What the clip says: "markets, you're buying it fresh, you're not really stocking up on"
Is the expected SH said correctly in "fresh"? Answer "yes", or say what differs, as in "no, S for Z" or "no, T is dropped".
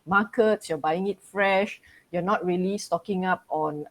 yes